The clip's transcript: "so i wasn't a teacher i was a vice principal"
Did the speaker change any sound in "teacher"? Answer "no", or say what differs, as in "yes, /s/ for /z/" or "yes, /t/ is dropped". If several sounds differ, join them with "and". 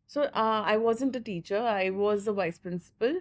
no